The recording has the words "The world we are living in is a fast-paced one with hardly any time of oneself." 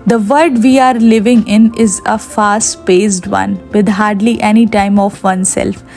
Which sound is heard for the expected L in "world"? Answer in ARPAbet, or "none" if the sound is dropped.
none